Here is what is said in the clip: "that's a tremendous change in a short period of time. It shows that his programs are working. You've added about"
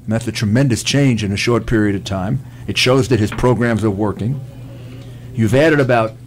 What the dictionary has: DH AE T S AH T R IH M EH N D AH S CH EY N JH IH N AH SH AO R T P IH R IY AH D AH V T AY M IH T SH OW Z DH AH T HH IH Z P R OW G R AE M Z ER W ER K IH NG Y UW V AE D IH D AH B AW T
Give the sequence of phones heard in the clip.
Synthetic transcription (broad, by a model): DH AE T S AH T R IH M EH N D AH S CH EY N JH IH N AH SH AO R T P IH R IY AH D AH V T AY M IH T SH OW Z DH AH T HH IH Z P R OW G R AE M Z ER W ER K IH NG Y UW V AE D IH D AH B AW T